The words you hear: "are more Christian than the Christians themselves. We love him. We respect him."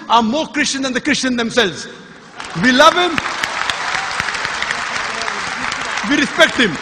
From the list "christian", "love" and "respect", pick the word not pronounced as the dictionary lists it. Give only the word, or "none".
none